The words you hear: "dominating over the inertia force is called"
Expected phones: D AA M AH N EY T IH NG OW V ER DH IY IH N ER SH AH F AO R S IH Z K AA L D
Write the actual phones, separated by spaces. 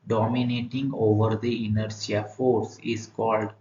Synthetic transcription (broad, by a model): D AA M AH N EY T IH NG OW V ER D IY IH N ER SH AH F AO R S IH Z K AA L D